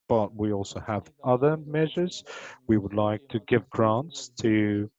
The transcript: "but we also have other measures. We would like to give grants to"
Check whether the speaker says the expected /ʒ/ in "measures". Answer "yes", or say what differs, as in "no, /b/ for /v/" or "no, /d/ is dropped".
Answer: yes